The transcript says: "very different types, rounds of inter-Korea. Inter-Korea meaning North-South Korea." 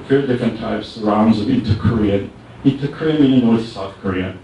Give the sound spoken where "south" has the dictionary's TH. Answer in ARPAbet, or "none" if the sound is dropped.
TH